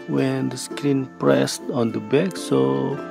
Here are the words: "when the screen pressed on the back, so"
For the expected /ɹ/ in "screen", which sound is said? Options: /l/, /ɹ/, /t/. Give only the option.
/l/